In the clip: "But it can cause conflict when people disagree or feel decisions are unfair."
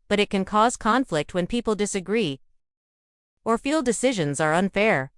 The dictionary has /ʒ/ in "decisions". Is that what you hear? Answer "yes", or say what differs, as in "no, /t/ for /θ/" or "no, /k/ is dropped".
yes